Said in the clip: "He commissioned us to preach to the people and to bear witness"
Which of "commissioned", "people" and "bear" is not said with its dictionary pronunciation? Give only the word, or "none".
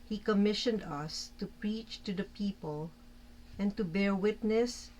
none